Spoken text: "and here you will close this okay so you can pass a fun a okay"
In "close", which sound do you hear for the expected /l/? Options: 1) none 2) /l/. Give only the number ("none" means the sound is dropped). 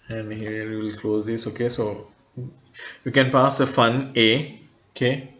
2